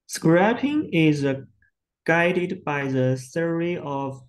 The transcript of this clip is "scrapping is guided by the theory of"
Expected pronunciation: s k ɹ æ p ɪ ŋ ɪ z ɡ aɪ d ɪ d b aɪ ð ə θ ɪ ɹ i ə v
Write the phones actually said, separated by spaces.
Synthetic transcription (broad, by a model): s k ɹ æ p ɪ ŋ ɪ z ɡ aɪ d ɪ d b aɪ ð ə s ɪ ɹ i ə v